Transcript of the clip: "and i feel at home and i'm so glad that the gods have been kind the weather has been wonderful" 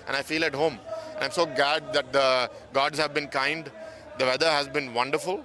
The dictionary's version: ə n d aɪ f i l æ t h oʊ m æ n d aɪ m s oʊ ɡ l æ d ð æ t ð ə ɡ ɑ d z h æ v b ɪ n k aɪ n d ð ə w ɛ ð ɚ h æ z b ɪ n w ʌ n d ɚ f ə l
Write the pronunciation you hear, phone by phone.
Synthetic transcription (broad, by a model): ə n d aɪ f i l æ t h oʊ m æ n aɪ m s oʊ ɡ l æ d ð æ t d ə ɡ ɑ d z h æ v b ɪ n k aɪ n d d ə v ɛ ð ɚ h æ z b ɪ n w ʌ n d ɚ f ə l